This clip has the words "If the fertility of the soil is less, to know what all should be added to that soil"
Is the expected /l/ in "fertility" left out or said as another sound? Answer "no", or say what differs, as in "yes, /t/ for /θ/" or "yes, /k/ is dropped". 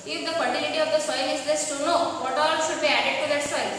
yes, /n/ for /l/